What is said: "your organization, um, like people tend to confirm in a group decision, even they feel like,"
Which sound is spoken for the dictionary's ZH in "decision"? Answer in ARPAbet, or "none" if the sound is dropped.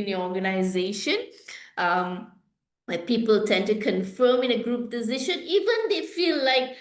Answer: SH